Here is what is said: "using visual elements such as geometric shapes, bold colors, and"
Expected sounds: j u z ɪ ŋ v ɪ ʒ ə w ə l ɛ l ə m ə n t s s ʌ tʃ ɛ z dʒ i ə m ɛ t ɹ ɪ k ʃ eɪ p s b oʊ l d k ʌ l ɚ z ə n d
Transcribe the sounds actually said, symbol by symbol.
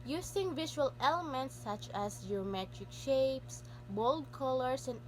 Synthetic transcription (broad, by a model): j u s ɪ ŋ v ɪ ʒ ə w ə l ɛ l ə m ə n t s s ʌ tʃ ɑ s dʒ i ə m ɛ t ɹ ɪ k ʃ eɪ p s b oʊ l d k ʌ l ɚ s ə n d